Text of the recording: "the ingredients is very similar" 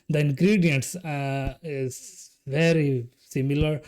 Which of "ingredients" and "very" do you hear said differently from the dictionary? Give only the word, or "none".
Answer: none